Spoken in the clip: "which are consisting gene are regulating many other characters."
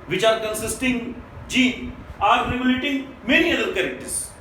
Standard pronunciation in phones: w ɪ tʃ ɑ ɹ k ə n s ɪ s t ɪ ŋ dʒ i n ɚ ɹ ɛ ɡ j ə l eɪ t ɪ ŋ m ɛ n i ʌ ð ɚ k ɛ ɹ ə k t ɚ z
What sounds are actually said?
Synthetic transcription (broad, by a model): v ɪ tʃ ɑ ɹ k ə n s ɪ s t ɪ ŋ dʒ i ɑ ɹ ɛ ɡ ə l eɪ t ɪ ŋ m ɛ n i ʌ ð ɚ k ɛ ɹ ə k t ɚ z